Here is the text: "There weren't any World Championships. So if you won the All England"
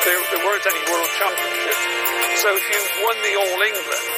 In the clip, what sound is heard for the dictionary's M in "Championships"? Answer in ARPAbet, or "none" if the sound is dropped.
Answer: none